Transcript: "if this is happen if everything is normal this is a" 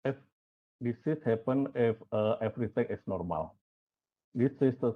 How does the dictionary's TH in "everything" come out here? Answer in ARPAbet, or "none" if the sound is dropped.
T